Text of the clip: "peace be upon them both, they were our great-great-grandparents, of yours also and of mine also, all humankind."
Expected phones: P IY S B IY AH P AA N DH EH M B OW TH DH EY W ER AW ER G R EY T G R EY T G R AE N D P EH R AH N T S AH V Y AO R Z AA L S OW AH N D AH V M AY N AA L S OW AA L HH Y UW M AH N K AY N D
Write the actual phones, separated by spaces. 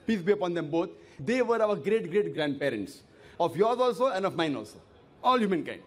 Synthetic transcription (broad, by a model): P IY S B IY AH P AA N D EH M B OW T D EY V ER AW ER G R EY T G R EY T G R AE N D P EH R AH N T S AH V Y AO R Z AA L S OW AH N D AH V M AY N AA L S OW AA L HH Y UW M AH N K AY N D